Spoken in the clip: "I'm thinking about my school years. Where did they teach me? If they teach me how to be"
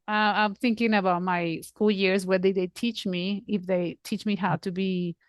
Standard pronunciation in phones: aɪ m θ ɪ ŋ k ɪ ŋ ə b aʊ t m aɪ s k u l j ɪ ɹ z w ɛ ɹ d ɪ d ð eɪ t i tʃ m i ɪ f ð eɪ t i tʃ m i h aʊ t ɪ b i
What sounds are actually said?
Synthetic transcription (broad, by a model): aɪ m θ ɪ ŋ k ɪ ŋ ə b aʊ t m aɪ s k u l j ɪ ɹ z w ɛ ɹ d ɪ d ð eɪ t i tʃ m i ɪ f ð eɪ t i tʃ m i h aʊ t ɪ b i